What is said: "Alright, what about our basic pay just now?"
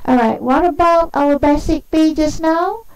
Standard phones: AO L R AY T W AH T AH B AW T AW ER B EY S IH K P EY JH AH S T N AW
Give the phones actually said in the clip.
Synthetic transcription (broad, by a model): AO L R AY T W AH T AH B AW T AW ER B EY S IH K B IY JH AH S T N AW